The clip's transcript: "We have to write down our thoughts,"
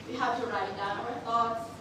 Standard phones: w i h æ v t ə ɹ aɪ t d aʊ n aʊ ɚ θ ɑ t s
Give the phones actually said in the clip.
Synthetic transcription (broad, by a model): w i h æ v t ə ɹ aɪ t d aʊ aʊ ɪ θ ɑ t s